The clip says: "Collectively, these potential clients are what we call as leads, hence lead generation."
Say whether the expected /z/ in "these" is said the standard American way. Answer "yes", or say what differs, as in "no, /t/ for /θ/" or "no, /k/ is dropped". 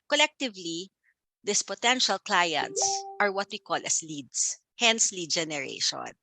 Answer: no, /s/ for /z/